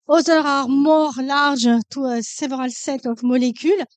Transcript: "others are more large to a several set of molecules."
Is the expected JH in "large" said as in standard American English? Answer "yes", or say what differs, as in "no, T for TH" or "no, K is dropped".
no, ZH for JH